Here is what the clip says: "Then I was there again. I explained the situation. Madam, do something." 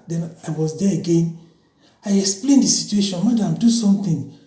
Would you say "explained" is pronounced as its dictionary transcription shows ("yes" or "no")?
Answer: yes